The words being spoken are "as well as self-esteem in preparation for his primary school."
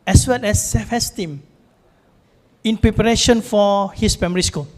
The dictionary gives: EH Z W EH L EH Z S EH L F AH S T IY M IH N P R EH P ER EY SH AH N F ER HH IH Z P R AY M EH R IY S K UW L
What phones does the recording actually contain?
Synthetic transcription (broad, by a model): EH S W EH L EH S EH F AH S T IY M IH N P R EH P ER EY SH AH N F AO HH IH S P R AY M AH R IY S K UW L